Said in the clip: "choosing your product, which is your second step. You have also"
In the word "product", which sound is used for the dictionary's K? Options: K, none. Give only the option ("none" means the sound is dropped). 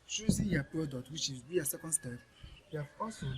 none